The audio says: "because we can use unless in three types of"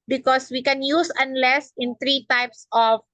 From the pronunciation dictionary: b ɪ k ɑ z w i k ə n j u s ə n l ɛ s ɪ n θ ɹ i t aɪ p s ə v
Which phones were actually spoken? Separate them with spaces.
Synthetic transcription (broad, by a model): b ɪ k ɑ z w i k ə n j u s ə n l ɛ s ɪ n t ɹ i t aɪ p s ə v